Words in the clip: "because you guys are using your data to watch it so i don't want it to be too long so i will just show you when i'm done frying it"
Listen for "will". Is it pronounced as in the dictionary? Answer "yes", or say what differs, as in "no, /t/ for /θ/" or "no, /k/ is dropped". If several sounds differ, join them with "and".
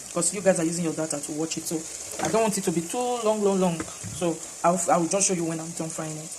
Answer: no, /w/ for /l/